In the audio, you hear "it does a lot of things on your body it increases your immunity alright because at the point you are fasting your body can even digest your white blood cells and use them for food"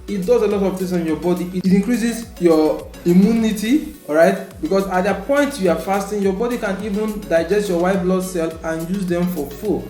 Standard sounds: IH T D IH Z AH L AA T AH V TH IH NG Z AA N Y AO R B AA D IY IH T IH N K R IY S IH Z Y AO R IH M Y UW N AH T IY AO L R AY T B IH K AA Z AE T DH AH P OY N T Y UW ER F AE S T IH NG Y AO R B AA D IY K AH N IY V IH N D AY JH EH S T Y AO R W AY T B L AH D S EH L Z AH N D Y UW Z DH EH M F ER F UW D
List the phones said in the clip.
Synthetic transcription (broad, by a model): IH T D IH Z AH L AA T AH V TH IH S AA N Y AO B AA D IY IH T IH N K R IY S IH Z Y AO IH M Y UW N AH T IY AO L R AY T B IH K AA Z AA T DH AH P OY N T Y UW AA F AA S T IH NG Y AO B AA D IY K AH N IY V IH N D AY JH EH S T Y AO W AY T B L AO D S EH L AH N Y UW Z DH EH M F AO F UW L